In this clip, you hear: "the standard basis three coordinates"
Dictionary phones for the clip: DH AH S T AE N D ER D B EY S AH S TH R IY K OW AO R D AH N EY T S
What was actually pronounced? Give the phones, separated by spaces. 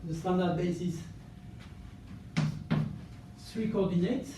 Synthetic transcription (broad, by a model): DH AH S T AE N D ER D B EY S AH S S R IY K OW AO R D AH N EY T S